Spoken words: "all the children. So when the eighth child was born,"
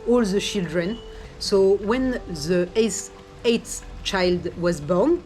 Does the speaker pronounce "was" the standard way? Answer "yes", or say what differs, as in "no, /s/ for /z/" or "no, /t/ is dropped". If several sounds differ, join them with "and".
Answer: yes